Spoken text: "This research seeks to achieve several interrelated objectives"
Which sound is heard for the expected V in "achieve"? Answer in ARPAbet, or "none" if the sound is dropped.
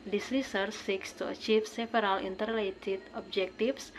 F